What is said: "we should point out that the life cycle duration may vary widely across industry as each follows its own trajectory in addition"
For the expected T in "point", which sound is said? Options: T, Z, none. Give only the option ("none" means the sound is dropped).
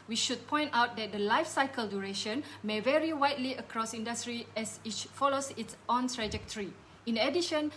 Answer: T